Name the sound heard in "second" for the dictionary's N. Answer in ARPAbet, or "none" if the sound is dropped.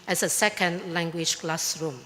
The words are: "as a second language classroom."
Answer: N